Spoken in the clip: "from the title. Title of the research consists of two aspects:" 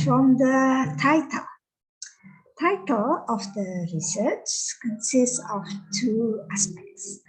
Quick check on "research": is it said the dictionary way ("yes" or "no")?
yes